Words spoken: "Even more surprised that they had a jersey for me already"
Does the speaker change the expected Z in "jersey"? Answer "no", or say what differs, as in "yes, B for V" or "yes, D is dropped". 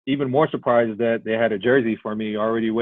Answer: no